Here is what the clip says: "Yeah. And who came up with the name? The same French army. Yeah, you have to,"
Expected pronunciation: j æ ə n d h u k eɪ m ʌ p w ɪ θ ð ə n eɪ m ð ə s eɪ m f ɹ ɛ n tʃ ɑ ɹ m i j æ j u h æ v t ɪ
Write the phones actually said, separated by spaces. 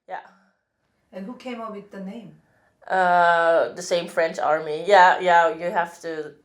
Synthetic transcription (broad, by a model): j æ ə n h u k eɪ m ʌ w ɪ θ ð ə n eɪ m ð ə s eɪ m f ɹ ɛ n tʃ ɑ ɹ m i j æ j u h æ f t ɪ